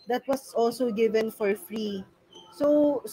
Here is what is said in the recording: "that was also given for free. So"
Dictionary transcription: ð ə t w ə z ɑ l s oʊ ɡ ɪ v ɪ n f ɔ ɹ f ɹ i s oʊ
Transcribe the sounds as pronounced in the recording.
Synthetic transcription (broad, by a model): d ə t w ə s ɑ l s oʊ ɡ ɪ v ɪ n f ɔ ɹ f ɹ i s oʊ